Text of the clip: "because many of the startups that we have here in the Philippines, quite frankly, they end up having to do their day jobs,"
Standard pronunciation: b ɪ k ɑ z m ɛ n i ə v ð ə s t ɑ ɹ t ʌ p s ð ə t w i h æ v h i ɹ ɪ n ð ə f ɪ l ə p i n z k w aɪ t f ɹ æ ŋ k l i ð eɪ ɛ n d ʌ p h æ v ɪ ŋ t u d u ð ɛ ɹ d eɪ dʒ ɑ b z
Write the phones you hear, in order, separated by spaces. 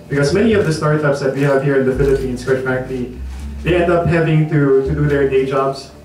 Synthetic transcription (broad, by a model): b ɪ k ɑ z m ɛ n i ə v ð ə s t ɑ ɹ t ʌ p s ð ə t w i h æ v h i ɹ ɪ n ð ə f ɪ l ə p i n s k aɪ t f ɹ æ k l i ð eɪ ɛ n d ʌ p h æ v ɪ ŋ t u d u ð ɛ ɹ d eɪ dʒ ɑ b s